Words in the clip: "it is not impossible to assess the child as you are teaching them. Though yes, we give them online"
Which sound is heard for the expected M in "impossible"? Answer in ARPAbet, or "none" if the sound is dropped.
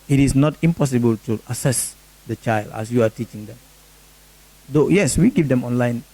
M